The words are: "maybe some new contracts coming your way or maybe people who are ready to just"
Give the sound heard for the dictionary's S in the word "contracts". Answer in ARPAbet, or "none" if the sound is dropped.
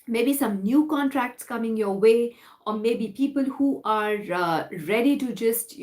S